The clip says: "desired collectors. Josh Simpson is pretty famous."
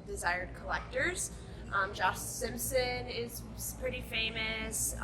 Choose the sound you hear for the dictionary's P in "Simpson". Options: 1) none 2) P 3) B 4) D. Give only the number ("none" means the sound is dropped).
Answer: 2